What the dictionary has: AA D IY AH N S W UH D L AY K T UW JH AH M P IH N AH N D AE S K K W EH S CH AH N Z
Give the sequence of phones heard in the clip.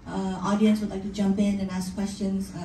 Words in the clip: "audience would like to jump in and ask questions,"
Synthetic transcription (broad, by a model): AA D IY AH N S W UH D L AY K T UW JH AH M P IH N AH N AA S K K W EH S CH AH N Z